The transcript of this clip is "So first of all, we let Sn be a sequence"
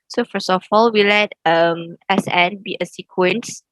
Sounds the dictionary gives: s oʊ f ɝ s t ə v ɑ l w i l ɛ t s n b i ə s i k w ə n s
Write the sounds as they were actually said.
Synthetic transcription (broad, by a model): s oʊ f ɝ s ə f ɑ l w i l ɛ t s n b i ə s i k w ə n s